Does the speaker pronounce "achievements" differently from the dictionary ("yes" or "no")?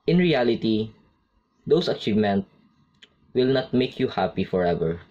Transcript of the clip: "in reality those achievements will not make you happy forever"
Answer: yes